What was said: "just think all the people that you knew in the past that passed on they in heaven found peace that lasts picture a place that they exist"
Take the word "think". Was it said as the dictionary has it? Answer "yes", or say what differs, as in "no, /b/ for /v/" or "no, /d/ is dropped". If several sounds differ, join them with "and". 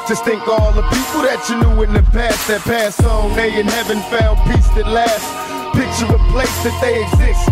yes